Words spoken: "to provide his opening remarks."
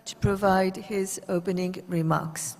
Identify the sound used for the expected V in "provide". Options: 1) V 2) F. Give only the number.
1